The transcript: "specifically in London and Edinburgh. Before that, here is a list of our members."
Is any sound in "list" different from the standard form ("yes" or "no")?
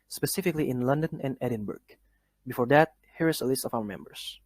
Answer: no